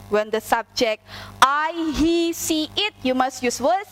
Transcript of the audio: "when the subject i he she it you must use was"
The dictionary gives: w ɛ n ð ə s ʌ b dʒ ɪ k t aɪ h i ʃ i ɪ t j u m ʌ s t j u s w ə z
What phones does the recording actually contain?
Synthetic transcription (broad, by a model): w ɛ n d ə s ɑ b dʒ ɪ k t aɪ h i s i ɪ t j u m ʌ s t j u s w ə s